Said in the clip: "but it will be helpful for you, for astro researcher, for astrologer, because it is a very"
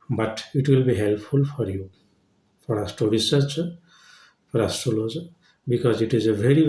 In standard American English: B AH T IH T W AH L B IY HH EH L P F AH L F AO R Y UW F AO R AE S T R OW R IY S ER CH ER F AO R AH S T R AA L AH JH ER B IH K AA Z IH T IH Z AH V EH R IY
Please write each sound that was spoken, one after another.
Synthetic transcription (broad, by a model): B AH T IH T W AH L B IY HH EH L P F AH L F AO R Y UW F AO R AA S T OW R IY S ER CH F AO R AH S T AA L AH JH B IH K AA Z IH T IH Z AH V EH R IY